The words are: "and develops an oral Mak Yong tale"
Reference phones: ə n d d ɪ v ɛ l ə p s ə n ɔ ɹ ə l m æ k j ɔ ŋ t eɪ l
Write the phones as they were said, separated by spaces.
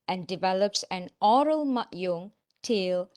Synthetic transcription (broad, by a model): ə n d d ɪ v ɛ l ə p s ə n ɔ ɹ ə l m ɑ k j ɔ ŋ t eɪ l